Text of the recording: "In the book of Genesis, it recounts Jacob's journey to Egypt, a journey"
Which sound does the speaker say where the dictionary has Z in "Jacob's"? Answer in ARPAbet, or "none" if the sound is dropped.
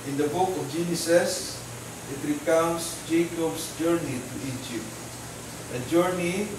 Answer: S